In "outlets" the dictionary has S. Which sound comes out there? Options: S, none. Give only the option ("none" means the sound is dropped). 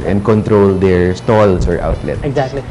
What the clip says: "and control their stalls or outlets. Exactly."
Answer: none